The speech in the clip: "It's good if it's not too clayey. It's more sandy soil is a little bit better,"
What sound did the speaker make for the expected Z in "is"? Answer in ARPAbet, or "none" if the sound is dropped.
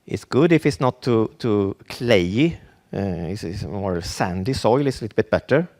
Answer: S